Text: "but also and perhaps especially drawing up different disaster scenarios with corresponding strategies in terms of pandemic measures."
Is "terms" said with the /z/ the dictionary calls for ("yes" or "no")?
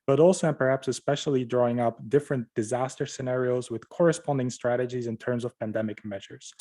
yes